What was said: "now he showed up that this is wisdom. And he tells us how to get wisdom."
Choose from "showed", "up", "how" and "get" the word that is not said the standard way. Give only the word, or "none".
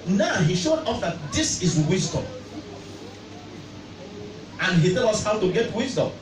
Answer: up